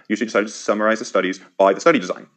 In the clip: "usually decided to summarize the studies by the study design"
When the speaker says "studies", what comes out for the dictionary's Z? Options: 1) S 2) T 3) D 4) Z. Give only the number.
4